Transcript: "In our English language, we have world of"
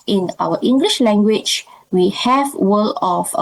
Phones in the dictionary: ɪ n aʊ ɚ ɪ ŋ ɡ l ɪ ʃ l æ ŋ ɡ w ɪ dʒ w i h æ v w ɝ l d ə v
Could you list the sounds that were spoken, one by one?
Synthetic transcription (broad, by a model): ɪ n aʊ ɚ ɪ ŋ ɡ l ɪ ʃ l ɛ ŋ ɡ w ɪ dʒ w i h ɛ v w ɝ l ə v